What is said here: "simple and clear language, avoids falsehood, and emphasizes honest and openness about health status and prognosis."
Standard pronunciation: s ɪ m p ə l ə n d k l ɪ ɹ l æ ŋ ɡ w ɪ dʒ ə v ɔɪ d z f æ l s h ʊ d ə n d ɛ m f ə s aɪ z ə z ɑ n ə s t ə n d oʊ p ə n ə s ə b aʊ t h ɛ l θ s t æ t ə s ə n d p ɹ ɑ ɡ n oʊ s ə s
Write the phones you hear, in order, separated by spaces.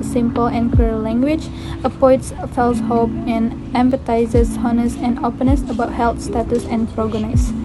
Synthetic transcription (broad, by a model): s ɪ m p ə l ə n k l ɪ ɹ l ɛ ŋ ɡ w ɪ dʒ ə p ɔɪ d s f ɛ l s h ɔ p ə n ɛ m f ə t aɪ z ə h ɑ n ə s ə n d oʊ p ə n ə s ə b aʊ t h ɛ l t s t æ t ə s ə n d p ɹ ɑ ɡ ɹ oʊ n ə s